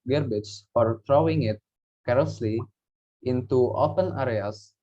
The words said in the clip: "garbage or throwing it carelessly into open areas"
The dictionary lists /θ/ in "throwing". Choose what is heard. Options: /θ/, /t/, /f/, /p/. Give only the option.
/t/